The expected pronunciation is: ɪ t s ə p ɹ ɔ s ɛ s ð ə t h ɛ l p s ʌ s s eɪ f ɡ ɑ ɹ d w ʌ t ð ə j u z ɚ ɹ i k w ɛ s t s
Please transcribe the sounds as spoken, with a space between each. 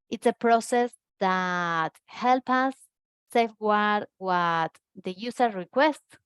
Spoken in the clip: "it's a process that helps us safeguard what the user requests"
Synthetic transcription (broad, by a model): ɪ t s ə p ɹ ɔ s ɛ s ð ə t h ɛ l p ʌ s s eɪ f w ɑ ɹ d w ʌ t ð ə j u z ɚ ɹ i k w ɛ s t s